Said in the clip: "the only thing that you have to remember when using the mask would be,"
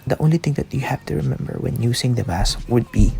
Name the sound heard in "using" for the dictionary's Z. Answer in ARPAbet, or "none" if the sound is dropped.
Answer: S